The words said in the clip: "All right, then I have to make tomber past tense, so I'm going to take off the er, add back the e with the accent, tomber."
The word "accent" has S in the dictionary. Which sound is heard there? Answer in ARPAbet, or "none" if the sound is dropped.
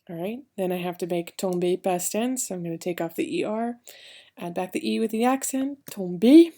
S